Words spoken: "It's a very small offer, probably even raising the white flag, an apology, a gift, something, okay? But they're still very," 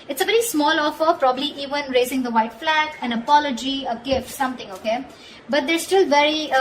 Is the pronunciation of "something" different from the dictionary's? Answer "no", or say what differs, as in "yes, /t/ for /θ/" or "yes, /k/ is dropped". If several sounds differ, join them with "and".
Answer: yes, /t/ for /θ/